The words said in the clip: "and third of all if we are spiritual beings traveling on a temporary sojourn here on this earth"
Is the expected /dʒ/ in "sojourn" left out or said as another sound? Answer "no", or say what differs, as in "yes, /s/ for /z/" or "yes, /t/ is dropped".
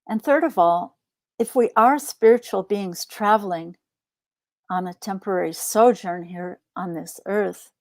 no